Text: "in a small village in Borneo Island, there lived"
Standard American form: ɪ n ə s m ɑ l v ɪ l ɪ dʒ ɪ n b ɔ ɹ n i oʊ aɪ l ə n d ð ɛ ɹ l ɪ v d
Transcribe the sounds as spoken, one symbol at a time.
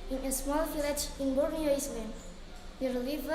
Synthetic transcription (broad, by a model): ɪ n ə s m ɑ l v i l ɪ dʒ ɪ n b ɔ ɹ n i oʊ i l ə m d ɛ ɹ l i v